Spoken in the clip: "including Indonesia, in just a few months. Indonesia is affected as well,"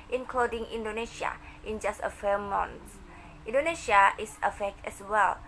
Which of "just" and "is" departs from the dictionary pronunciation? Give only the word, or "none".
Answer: is